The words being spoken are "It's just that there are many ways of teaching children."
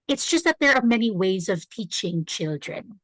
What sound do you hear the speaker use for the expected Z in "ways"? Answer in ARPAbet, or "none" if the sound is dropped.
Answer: Z